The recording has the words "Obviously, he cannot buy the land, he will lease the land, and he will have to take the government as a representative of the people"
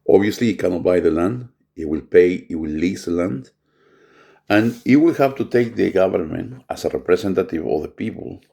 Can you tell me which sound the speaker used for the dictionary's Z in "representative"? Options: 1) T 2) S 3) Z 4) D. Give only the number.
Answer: 2